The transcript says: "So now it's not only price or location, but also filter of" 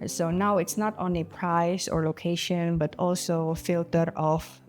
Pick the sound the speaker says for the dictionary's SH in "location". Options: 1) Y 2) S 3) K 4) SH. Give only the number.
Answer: 4